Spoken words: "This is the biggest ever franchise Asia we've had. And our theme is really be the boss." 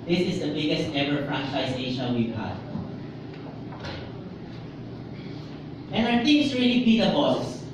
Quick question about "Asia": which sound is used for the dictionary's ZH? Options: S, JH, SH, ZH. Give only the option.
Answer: SH